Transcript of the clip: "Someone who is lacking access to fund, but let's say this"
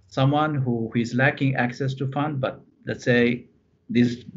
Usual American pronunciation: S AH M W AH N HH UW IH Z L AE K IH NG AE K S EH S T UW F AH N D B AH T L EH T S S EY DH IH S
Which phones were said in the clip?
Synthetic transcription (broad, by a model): S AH M W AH N HH UW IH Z L AE K IH NG AE K S EH S T UW F AH N D B AH T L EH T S S EY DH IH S